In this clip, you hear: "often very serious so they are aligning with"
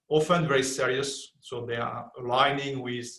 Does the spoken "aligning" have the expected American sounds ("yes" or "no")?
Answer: yes